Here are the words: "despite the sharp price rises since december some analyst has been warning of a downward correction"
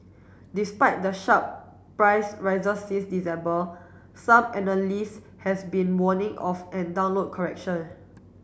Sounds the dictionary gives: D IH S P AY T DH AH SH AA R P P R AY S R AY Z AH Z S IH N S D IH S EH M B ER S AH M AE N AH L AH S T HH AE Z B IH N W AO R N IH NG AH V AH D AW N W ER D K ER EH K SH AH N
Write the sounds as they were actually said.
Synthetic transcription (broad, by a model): D IH S P AY T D AH SH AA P P R AY S R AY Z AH S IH S D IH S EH M B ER S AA M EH N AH L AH S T HH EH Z B IH N W AO N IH NG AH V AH D AW N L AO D K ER EH K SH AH N